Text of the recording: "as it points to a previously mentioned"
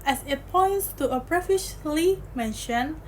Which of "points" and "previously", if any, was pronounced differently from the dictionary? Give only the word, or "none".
previously